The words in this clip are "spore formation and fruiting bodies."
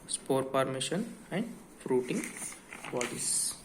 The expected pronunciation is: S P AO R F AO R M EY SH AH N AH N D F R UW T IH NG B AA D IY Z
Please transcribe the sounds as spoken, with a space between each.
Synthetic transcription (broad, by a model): S P AO R P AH R M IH SH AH N AH N D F R UW T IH NG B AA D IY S